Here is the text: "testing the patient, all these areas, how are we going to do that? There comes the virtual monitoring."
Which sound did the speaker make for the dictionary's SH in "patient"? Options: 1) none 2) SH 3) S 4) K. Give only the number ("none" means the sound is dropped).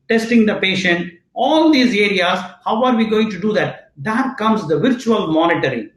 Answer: 2